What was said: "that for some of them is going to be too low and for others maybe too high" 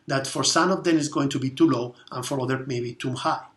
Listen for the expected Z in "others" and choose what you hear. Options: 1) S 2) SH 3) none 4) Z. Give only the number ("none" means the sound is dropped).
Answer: 3